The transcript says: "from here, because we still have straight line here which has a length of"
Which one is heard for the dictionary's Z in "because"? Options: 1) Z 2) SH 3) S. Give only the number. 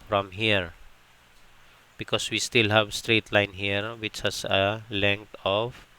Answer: 3